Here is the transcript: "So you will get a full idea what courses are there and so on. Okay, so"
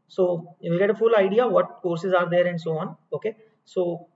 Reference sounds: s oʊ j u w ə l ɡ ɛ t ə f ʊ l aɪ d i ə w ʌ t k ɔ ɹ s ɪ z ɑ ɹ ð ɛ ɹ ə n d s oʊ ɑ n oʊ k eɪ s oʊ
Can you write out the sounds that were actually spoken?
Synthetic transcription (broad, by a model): s oʊ j u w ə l ɡ ɛ t ə f ʊ l aɪ d i ə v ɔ t k ɔ ɹ s ɪ z ɑ ɹ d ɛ ɹ ə n d s oʊ ɑ n oʊ k eɪ s oʊ